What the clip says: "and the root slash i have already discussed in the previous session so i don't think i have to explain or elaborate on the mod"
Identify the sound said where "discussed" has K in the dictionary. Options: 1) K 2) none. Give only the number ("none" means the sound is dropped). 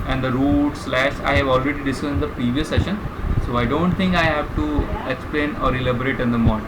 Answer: 2